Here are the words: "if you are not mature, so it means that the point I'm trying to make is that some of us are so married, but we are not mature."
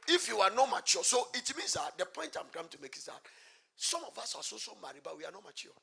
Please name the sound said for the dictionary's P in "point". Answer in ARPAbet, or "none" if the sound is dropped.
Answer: P